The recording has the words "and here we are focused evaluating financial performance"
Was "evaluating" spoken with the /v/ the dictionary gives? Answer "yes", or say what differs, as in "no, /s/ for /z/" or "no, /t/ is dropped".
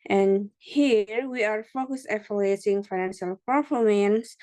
no, /f/ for /v/